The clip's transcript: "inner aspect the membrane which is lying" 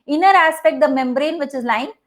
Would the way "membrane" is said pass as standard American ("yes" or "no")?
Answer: yes